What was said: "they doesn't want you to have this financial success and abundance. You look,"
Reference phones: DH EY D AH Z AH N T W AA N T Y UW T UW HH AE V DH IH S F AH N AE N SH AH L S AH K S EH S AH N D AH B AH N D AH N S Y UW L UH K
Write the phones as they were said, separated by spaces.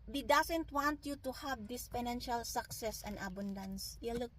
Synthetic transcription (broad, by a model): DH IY D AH S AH N T W AA N T Y UW T UW HH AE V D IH S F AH N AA N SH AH L S AH K S EH S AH N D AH B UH N D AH N S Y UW L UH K